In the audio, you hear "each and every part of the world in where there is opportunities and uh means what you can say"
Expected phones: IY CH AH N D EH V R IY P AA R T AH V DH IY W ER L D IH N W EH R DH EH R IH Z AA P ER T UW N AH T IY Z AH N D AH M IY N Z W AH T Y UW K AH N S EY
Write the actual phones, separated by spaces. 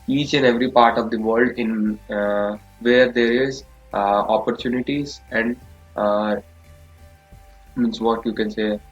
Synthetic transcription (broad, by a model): IY CH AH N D EH V R IY P AA R T AH V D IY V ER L D IH N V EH R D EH R IH Z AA P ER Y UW N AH T IY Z AH N D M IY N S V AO T Y UW K AH N S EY